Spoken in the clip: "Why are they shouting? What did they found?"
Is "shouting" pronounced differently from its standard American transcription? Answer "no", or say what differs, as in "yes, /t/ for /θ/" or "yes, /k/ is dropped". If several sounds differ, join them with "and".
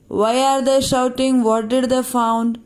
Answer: no